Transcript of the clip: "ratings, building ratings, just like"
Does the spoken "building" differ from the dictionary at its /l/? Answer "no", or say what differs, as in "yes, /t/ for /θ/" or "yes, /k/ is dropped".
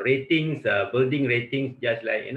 no